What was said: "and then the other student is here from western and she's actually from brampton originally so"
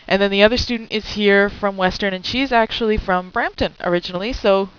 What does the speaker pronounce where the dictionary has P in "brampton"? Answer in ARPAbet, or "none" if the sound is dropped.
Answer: P